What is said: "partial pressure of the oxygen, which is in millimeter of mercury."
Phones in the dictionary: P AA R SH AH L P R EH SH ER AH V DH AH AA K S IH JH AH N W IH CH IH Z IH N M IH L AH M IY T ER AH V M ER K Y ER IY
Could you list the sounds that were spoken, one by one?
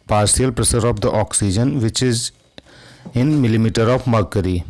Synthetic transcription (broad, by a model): P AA R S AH L P R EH S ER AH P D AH AA K S IH JH AH N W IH CH IH Z IH N M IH L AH M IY T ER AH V M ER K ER IY